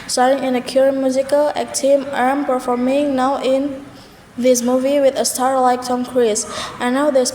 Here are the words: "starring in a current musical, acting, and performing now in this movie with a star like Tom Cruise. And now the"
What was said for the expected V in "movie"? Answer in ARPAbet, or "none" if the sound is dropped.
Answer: V